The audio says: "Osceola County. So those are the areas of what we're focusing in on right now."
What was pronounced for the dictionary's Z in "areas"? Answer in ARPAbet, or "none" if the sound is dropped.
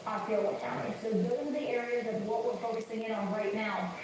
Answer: Z